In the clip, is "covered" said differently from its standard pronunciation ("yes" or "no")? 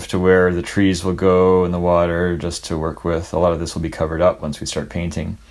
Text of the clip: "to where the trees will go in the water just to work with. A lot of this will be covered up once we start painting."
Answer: no